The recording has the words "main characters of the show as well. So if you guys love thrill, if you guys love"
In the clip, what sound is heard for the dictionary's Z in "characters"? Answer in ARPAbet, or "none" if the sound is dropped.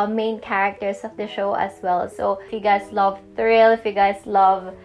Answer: S